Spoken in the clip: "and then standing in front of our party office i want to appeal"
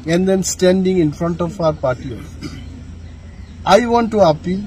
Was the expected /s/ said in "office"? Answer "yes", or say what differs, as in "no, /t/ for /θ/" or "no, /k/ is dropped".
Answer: no, /s/ is dropped